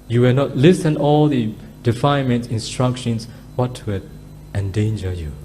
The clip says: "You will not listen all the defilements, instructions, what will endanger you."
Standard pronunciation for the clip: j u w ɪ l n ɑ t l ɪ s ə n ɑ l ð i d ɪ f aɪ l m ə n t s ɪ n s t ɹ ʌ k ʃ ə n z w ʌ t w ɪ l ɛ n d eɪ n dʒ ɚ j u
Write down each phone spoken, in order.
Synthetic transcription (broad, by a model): j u w ɪ l n ɑ t l ɪ s ə n ɑ l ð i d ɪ f aɪ n m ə n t ɪ n s t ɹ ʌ k ʃ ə n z w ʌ t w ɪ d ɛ n d eɪ n dʒ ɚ j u